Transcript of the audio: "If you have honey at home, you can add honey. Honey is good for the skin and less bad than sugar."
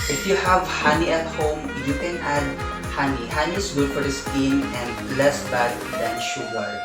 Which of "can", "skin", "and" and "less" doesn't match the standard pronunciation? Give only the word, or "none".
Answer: skin